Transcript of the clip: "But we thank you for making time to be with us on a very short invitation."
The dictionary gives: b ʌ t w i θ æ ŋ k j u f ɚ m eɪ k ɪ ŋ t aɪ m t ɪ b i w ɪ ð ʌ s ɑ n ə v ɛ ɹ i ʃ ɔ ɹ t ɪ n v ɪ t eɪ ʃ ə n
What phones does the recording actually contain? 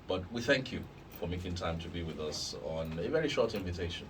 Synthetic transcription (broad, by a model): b ʌ t w i θ æ ŋ k j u f ɚ m eɪ k ɪ ŋ t aɪ m t ɪ b i w ɪ ð ʌ s n ə v ɛ ɹ i ʃ ɔ ɹ t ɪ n v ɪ t eɪ ʃ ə n